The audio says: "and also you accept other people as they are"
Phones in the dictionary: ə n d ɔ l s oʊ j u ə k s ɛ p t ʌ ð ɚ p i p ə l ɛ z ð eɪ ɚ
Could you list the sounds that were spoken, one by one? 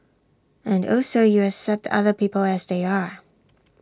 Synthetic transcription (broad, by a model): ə n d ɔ s oʊ j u ə k s ɛ p t ʌ ð ɚ p i p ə l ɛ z ð eɪ ɚ